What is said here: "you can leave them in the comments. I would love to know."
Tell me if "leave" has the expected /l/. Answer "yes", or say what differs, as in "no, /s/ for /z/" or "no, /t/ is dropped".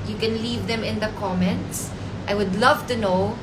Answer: yes